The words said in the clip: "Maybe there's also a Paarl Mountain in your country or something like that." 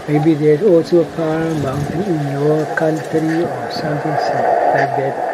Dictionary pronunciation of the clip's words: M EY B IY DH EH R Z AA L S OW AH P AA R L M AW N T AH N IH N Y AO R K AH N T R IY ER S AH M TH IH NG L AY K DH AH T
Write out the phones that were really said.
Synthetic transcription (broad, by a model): M EY B IY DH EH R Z AA L S OW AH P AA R M AW N T AH N IH N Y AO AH K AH N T R IY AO S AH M T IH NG L AY K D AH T